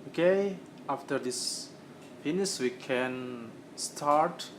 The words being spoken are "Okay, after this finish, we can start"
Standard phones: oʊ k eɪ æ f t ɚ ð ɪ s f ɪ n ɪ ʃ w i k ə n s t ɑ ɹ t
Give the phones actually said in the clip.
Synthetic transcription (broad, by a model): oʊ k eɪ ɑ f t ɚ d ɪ s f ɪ n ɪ s w i k ə n s t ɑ ɹ t